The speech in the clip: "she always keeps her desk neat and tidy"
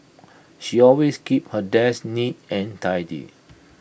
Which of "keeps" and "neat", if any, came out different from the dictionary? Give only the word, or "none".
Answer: keeps